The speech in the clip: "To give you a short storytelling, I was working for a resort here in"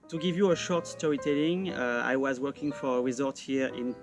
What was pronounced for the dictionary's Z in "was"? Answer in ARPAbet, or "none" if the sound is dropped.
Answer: Z